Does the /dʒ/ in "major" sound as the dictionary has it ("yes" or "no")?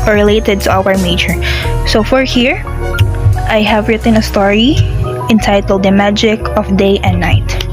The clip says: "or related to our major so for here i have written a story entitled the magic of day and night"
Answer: no